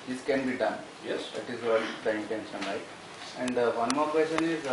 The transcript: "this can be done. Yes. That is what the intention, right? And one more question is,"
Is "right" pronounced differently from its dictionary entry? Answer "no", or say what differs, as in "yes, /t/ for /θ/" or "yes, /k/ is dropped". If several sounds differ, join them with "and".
yes, /l/ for /ɹ/